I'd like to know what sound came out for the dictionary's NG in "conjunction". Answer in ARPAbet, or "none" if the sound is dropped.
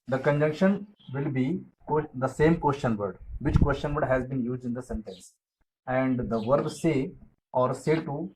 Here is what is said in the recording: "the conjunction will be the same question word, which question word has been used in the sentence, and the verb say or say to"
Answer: NG